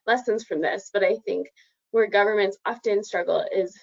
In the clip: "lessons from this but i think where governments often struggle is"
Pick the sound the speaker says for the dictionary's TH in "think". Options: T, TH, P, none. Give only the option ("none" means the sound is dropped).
TH